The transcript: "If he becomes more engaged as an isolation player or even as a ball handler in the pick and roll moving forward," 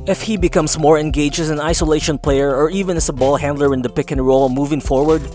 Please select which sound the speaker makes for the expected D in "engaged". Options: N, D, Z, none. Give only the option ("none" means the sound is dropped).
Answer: none